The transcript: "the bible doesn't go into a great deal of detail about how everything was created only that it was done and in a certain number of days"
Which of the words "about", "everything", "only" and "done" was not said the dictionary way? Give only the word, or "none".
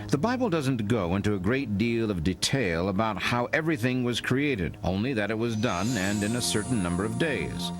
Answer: none